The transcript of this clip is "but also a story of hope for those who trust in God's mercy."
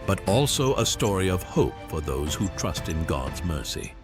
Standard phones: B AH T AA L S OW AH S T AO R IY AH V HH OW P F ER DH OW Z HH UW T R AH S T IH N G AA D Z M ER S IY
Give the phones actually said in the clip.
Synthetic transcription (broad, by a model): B AH T AA L S OW AH S T AO R IY AH V HH OW P F ER DH OW Z HH UW T R AH S T IH N G AA D Z M ER S IY